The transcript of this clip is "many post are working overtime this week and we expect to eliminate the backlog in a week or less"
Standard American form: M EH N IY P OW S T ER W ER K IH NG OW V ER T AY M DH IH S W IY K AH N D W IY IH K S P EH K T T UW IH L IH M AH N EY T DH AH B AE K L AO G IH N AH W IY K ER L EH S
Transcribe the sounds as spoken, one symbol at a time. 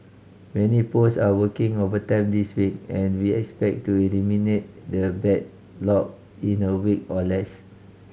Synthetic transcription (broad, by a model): M EH N IY P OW S AA W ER K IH NG OW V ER T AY M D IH S W IY K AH N W IY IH K S P EH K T T UW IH L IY M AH N EY T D AH B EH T L AO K IH N AH W IY K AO L EH S